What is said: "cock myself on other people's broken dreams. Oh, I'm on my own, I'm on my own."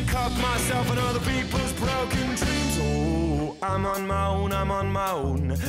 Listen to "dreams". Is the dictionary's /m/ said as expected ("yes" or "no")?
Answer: no